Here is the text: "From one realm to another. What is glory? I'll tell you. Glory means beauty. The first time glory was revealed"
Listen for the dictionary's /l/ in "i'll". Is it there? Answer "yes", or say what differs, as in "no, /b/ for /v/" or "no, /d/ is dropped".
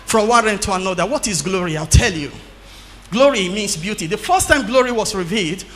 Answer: yes